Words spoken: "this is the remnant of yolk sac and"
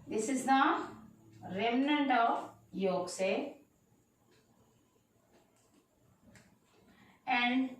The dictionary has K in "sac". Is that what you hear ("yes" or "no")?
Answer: no